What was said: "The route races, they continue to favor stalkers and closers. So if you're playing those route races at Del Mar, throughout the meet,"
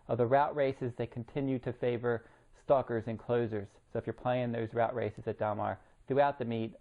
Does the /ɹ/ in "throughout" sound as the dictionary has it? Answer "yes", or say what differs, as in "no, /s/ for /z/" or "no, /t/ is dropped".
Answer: yes